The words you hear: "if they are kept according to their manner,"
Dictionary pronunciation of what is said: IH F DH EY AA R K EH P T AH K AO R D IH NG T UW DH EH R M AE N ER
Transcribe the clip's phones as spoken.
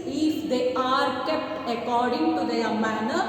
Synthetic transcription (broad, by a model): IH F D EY AA R K EH P T AH K AO R D IH NG T UW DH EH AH M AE N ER